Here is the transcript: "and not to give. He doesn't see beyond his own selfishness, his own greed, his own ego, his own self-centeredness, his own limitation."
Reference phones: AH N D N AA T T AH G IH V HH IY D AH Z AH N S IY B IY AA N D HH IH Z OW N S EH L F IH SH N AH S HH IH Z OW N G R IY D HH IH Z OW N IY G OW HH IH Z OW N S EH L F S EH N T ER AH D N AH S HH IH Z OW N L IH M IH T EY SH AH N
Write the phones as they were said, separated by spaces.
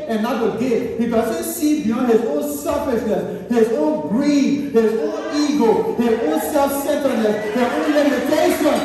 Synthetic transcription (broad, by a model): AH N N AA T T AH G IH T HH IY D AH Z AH S IY B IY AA N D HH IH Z OW N S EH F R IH S N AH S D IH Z OW N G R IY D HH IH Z OW N IY G OW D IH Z OW N S EH L F S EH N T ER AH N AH S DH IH OW N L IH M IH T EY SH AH N